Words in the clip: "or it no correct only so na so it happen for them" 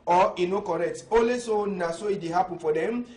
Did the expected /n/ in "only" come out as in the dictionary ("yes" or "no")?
no